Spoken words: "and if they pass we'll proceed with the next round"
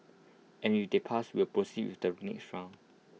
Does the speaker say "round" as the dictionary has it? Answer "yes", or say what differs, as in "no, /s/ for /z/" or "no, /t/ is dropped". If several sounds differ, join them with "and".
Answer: no, /d/ is dropped